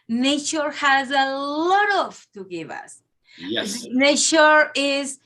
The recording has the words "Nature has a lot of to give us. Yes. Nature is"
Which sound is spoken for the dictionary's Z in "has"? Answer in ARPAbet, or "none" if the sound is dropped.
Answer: Z